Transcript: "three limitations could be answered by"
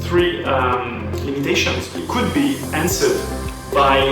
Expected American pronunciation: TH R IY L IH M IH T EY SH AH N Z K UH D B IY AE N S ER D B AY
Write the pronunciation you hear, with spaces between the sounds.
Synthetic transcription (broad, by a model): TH R IY L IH M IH T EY SH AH N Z K UH D B IY AE N S ER D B AY